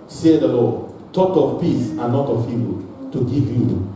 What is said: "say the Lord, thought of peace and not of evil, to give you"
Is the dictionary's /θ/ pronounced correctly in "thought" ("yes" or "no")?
no